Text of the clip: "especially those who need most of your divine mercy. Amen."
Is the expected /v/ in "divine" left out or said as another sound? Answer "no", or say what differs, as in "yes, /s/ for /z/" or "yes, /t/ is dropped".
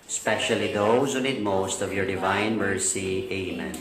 no